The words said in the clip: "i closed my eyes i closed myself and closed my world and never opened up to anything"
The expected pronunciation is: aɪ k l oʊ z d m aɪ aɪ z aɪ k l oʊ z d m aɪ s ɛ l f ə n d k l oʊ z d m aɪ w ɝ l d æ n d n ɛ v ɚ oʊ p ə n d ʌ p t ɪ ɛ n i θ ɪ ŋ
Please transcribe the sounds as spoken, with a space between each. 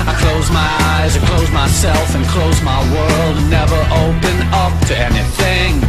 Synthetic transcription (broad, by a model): aɪ k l oʊ z m aɪ aɪ z aɪ k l oʊ z m aɪ s ɛ l f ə n k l oʊ z m aɪ w ɝ l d d n ɛ v ɚ oʊ p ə n ʌ p t ɪ ɛ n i θ ɪ ŋ